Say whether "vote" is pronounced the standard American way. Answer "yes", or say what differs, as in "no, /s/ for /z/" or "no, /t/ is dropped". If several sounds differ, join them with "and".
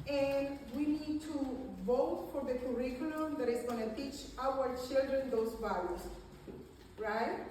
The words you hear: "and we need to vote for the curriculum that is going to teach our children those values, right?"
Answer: yes